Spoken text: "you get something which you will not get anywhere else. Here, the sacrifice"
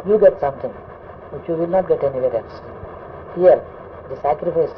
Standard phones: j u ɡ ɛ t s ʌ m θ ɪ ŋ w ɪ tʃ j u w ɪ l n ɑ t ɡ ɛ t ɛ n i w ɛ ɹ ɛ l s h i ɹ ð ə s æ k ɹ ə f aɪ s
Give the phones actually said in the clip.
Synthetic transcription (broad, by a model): j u ɡ ɛ t s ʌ m t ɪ ŋ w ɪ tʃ j u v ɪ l n ɑ t ɡ ɛ t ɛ n i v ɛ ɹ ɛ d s h i ɹ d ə s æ k ɹ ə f aɪ s